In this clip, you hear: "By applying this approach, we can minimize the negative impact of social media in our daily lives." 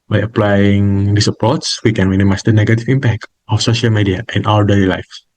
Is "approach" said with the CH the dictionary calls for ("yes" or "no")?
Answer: no